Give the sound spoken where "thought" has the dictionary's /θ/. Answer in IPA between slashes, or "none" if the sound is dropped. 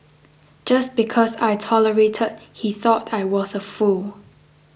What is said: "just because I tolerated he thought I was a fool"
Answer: /θ/